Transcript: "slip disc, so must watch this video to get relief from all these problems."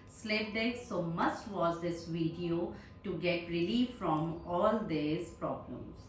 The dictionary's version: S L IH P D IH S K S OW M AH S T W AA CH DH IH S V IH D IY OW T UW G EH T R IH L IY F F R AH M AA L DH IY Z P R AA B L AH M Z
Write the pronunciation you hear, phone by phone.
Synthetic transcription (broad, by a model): S L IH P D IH K S OW M AH S T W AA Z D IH S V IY D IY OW T UW G EH T R IH L IY F F R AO M AA L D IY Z P R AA B L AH M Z